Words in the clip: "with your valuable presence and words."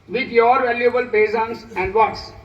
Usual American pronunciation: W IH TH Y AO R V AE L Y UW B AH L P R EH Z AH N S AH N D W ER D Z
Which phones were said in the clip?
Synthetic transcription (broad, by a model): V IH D Y AO R V AE L Y UW B AH L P EH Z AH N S AH N D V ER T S